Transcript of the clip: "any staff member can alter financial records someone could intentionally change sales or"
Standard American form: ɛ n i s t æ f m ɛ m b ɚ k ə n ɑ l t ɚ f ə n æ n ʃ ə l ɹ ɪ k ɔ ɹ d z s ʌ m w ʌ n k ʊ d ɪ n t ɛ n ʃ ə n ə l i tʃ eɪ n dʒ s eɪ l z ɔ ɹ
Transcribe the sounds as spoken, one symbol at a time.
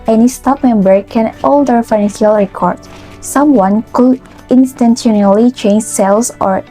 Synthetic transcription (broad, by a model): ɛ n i s t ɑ p m ɛ m b ɚ k ə n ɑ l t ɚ f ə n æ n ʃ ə l ɹ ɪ k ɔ ɹ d s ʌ m w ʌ n k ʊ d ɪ n t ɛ n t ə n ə l i tʃ eɪ n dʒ s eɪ l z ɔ ɹ